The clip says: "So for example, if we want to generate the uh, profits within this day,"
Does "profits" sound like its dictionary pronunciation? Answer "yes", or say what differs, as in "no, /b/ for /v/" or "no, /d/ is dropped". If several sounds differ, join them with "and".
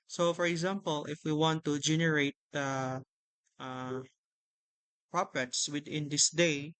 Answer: no, /p/ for /f/